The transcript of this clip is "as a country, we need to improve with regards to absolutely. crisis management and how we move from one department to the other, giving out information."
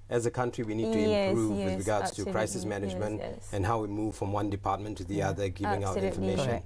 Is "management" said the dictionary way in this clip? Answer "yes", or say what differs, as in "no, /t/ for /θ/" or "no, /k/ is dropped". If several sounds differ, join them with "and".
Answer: yes